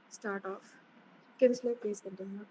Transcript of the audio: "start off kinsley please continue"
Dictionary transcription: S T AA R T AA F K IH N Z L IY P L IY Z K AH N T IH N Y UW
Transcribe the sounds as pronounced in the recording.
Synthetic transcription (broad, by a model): S T AA R T AA F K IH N S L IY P IY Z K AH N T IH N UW